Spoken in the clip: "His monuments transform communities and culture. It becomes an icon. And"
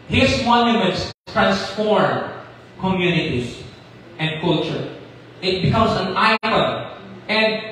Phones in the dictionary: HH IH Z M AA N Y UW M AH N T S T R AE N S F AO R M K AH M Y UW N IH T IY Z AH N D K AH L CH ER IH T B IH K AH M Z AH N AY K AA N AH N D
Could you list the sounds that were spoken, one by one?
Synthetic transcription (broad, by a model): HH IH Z M AA N Y UW M AH N T S T R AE N S F AO R K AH M Y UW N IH T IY S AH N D K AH L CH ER IH T B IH K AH M S AH N AY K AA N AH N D